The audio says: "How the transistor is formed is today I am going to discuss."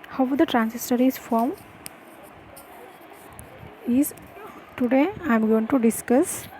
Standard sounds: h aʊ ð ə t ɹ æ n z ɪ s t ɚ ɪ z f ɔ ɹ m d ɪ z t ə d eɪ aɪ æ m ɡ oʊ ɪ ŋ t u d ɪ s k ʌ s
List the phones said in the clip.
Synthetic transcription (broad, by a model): h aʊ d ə t ɹ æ n s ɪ s t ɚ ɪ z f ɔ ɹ m ɪ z t ə d eɪ aɪ m ɡ oʊ ɪ ŋ t u d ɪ s k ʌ s